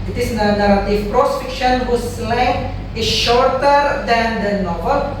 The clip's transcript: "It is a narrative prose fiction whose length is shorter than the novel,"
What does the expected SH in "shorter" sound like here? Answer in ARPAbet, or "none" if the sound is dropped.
SH